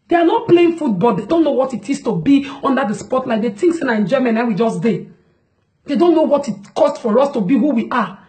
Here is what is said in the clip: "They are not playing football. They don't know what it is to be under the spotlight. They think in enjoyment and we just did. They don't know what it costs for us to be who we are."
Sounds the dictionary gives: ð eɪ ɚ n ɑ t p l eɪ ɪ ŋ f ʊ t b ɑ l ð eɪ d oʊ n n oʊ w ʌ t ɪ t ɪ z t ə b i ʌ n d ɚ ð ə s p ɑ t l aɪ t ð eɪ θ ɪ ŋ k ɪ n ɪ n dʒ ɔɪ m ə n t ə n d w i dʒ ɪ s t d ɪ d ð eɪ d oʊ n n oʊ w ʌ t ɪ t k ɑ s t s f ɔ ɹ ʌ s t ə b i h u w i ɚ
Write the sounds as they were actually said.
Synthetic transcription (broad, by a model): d eɪ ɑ n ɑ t p l eɪ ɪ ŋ f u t b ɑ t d eɪ d oʊ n n oʊ w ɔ t ɪ t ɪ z t ə b i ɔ n d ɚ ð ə s p ɑ t l aɪ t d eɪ t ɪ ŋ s ɪ n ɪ n dʒ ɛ m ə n ə w i dʒ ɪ s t d ɪ d eɪ d oʊ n n oʊ w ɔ t ɪ t k ɑ s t f ɔ ɹ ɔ s t ə b i h u w i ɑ